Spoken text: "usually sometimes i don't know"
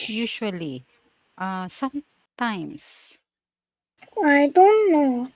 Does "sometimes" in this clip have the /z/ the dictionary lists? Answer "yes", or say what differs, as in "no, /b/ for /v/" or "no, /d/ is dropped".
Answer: no, /s/ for /z/